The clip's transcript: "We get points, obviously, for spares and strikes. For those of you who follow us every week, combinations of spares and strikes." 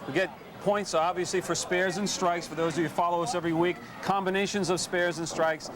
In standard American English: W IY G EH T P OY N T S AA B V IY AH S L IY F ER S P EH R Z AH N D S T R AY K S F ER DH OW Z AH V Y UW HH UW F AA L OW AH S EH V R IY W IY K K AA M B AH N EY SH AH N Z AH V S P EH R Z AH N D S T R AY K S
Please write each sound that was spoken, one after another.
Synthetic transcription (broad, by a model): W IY G EH T P OY N T S AA B V IY AH S L IY F ER S P EH R Z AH N S T R AY K S F ER DH OW Z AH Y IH F AA L OW AH S EH V R IY W IY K K AA M B AH N EY SH AH N Z AH V S P EH R Z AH N S T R AY K S